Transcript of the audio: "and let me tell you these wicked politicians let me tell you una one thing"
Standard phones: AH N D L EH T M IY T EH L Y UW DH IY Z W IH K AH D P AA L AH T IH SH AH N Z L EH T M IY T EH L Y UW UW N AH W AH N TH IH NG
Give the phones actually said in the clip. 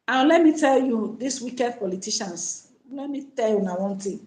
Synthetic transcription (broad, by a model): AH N L EH T M IY T EH L Y UW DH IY S W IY K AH D P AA L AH T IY SH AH N S L EH T M IY T EH L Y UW UW N AH W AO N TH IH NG